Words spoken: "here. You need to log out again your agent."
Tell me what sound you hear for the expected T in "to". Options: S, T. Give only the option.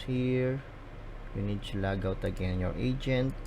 S